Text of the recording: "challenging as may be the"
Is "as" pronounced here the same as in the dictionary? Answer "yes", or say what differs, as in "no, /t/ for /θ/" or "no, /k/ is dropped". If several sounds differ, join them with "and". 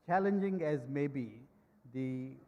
yes